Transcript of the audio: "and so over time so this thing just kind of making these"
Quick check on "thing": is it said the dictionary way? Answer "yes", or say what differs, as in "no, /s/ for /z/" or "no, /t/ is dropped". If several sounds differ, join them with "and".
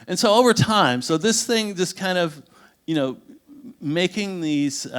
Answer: yes